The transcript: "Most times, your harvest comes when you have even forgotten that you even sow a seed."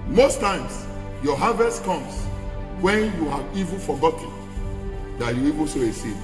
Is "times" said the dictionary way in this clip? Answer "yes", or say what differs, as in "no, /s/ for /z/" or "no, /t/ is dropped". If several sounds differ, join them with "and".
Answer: no, /s/ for /z/